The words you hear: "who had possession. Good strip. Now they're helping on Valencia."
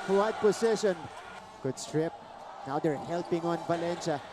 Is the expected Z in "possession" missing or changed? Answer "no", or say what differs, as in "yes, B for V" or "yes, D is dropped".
yes, S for Z